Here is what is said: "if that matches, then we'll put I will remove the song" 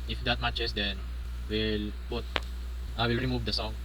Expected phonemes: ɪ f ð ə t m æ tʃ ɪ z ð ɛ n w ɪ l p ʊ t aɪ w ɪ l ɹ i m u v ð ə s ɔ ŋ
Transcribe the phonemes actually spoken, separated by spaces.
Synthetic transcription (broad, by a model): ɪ f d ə t m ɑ tʃ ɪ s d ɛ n w ɪ l b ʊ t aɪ w ɪ l ɹ i m u v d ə s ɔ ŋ